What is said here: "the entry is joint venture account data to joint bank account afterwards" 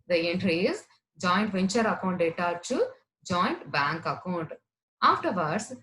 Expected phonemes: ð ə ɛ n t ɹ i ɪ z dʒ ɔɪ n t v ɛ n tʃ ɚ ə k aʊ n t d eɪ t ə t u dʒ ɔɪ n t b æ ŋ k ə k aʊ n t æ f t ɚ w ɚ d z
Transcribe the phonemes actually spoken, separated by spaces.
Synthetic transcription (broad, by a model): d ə ɛ n t ɹ i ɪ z dʒ ɔɪ n t v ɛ n tʃ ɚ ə k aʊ n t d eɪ t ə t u dʒ ɔɪ n t b æ ŋ k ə k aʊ n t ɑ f t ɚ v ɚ d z